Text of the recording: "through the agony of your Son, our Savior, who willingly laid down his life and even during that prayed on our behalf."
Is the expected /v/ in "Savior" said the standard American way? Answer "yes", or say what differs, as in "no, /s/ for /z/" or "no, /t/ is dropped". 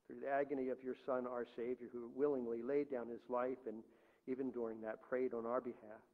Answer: yes